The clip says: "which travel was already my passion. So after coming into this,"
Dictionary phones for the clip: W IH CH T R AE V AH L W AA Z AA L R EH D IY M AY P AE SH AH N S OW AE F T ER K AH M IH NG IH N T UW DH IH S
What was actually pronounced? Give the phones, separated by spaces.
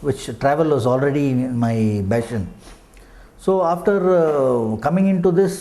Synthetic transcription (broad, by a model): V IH CH T R AE V AH L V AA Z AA L R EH D IY M AY B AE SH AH N S OW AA F T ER K AH M IH NG IH N T UW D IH S